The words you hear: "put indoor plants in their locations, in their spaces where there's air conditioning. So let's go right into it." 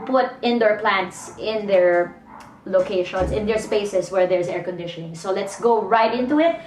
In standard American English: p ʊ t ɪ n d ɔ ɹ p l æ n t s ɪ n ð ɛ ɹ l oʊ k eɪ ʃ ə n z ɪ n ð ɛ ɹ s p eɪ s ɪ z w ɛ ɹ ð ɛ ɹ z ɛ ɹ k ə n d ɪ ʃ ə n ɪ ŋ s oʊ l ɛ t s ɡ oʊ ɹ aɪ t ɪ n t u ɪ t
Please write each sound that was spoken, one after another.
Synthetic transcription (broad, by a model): p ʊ t ɪ n d ɔ ɹ p l æ n t s ɪ n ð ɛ ɹ l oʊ k eɪ ʃ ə n s ɪ n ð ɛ ɹ s p eɪ s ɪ s w ɛ ɹ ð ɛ ɹ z ɛ ɹ k ə n d ɪ ʃ ə n ɪ ŋ s oʊ l ɛ t s ɡ oʊ ɹ aɪ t ɪ n t u ɪ t